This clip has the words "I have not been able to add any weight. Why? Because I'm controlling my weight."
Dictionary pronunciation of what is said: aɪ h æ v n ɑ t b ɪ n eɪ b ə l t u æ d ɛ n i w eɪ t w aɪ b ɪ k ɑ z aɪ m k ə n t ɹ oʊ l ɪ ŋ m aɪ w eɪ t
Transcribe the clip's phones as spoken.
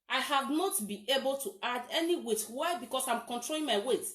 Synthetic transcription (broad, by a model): aɪ h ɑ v n ɑ t b ɪ n eɪ b ə l t u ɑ d ɛ n i w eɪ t w aɪ b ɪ k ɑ s aɪ m k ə n t ɹ oʊ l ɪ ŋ m aɪ w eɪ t